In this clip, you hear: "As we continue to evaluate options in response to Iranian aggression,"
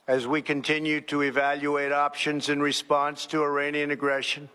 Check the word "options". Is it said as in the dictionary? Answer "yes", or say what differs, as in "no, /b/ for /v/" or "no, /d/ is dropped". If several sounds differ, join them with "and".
yes